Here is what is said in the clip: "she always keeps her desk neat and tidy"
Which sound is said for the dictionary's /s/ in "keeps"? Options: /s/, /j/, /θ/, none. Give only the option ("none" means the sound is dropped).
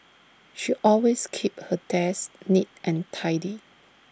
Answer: none